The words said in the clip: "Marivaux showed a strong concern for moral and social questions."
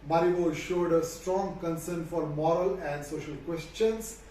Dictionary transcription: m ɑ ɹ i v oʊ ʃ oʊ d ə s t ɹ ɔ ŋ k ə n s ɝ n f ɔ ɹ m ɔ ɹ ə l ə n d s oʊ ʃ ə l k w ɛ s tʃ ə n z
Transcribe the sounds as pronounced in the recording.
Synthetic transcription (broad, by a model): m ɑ ɹ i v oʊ ʃ oʊ d ə s t ɹ ɔ ŋ k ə n s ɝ n f ɔ ɹ m ɔ ɹ ə l ə n d s oʊ ʃ ə l k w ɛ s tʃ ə n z